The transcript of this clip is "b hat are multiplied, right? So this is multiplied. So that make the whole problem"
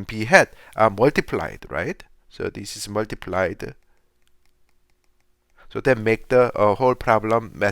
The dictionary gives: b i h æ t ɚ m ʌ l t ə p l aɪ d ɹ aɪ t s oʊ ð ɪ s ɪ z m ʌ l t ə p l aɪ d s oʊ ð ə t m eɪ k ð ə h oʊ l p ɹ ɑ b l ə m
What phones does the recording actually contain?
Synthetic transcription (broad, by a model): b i h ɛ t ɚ m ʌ l t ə p l aɪ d ɹ aɪ t s oʊ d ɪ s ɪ s m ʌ l t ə p l aɪ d s oʊ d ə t m eɪ k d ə h oʊ l p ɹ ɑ b l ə m